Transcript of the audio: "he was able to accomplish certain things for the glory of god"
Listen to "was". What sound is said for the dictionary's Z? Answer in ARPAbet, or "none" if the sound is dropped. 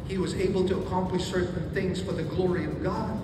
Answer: Z